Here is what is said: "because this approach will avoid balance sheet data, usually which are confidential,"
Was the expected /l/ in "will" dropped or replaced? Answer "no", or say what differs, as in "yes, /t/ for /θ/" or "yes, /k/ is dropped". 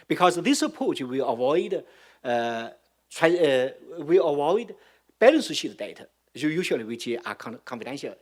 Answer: yes, /w/ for /l/